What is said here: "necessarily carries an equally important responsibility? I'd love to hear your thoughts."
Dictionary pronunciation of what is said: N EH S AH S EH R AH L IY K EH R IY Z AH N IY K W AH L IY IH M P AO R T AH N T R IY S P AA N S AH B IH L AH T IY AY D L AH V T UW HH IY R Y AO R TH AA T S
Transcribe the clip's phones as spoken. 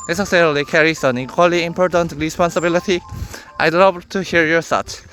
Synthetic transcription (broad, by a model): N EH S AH S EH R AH L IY K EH R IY S AH N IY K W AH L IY IH M P AO R T AH N T R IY S P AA N S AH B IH L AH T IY AY L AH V T UW HH IY R Y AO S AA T